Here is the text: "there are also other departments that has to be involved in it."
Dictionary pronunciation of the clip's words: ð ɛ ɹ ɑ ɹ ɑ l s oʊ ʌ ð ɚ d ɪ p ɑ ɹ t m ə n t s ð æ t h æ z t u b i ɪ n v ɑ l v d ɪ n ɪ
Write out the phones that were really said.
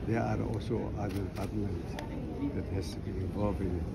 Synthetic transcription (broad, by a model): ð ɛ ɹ ɑ ɹ ɑ l s oʊ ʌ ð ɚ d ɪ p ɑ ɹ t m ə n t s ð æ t h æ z t u b i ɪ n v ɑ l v ɪ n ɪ